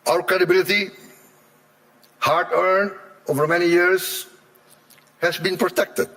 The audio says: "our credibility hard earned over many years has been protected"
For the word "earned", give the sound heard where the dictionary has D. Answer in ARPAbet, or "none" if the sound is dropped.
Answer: none